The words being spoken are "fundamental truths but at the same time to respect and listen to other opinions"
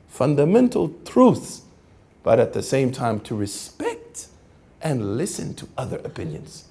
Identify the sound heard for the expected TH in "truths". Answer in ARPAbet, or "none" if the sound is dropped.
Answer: TH